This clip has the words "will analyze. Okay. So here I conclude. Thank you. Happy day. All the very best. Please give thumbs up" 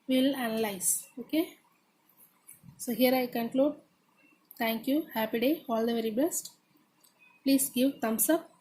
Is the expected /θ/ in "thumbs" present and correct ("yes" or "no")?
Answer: no